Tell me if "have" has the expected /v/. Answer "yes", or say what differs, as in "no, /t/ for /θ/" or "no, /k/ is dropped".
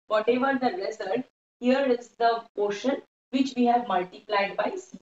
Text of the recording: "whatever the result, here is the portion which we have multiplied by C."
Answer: yes